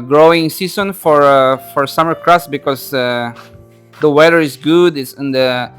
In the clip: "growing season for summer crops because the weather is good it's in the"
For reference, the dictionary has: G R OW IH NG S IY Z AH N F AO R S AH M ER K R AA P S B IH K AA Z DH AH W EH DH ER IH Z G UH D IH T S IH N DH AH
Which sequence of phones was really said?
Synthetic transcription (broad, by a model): G R OW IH NG S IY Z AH N F AO R S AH M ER K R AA S B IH K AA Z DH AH W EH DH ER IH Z G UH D IH T S IH N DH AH